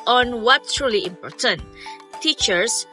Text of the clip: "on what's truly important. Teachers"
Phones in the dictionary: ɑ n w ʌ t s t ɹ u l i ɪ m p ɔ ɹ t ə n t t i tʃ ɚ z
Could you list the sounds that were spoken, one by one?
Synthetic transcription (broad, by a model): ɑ n w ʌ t t ɹ u l i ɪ m p ɔ ɹ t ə n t t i tʃ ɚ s